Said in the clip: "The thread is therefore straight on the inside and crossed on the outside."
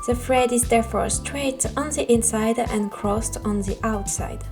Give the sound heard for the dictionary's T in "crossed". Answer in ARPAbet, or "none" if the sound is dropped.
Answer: T